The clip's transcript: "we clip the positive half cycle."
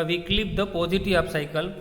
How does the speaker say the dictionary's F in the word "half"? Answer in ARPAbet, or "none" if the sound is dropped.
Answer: P